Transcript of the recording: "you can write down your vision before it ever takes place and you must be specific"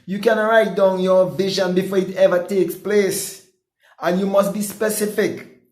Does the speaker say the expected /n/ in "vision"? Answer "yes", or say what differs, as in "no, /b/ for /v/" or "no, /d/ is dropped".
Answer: yes